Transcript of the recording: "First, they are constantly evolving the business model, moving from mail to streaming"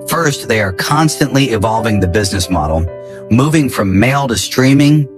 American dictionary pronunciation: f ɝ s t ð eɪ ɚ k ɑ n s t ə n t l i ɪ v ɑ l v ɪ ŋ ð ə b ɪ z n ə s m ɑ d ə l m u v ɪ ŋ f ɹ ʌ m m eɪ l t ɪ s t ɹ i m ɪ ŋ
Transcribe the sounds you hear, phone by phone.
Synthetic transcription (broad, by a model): f ɝ s t ð eɪ ɚ k ɑ n s t ə n t l i ɪ v ɑ l v ɪ ŋ ð ə b ɪ z n ə s m ɑ d l m u v ɪ ŋ f ɹ ʌ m m eɪ l t ɪ s t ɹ i m ɪ ŋ